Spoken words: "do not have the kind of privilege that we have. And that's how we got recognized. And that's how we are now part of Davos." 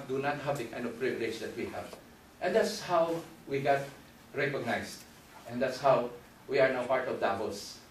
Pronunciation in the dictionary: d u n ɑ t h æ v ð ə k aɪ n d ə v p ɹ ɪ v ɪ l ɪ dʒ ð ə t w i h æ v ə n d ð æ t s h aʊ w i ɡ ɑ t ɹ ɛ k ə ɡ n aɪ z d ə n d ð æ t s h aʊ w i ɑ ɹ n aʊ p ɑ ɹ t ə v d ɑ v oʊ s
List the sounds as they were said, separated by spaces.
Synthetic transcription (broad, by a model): d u n ɑ t h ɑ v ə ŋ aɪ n ə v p ɹ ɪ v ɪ l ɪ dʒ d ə t w i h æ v ə n d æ t s h aʊ w i ɡ ɑ t ɹ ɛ k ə ɡ n aɪ s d ə n d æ t s h aʊ w i ɑ ɹ n aʊ p ɑ ɹ t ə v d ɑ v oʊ s